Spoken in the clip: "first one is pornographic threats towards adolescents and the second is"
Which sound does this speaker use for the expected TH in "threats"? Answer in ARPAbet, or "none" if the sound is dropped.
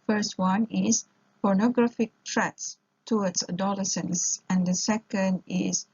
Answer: T